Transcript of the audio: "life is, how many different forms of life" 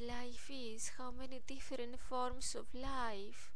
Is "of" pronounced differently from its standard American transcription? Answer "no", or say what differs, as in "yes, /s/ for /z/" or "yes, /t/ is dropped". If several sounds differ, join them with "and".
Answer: yes, /f/ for /v/